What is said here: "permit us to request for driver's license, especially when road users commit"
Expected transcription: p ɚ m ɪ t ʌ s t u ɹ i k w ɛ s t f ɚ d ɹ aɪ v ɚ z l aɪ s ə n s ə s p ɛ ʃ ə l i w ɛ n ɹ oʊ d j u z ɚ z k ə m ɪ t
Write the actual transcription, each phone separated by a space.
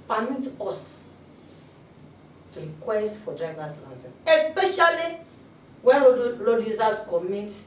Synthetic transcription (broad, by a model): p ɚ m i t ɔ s t u ɹ i k w ɛ s t f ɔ d ɹ aɪ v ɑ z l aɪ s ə s ə s p ɛ ʃ ə l i w ɛ n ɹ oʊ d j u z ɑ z k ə m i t